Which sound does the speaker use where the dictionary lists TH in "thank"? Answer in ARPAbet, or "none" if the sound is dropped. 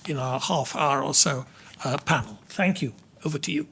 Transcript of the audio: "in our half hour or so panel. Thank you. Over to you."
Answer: TH